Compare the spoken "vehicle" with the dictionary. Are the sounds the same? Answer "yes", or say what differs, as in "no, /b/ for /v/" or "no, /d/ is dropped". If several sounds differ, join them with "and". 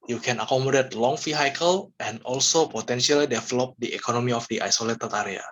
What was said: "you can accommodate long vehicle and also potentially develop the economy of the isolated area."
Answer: no, /f/ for /v/